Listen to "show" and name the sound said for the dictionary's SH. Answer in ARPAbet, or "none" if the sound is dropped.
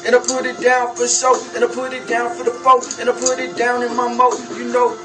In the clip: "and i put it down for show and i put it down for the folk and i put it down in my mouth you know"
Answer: S